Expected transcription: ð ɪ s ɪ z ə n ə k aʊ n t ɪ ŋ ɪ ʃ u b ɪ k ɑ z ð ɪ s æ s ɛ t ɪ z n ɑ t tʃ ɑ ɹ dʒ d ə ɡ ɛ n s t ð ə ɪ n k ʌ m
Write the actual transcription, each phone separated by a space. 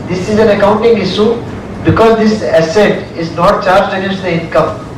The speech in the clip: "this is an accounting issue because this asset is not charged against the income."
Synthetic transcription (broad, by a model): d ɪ s ɪ z ə n ə k aʊ n t ɪ ŋ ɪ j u b ɪ k ɑ z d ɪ s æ s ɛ t ɪ z n ɑ t tʃ ɑ ɹ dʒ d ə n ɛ s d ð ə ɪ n k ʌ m